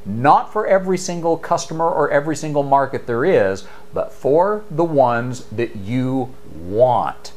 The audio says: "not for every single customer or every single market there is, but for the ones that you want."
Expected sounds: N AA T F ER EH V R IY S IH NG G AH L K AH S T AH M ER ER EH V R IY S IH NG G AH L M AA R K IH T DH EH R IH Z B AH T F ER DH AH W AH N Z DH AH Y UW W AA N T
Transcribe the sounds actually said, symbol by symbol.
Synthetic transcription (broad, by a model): N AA T F ER EH V R IY S IH NG G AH L K AH S T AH M ER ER EH V R IY S IH NG G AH L M AA R K IH T DH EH R IH Z B AH T F ER DH AH W AH N Z DH AH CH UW W AA N T